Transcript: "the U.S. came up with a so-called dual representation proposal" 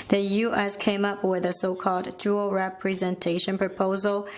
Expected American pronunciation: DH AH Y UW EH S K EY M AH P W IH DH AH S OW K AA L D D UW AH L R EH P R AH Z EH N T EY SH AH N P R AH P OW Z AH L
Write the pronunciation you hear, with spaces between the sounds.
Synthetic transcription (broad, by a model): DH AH Y UW EH S K EY M AH P W IH DH AH S OW K AA L D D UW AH L R EH P R AH Z EH N T EY SH AH N P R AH P OW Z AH L